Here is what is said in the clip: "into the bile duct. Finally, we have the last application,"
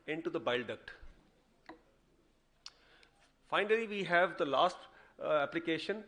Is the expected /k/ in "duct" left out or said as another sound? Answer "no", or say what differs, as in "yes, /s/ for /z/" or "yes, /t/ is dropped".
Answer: no